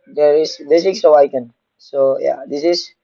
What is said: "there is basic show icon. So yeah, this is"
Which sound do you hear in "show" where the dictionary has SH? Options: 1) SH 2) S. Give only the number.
2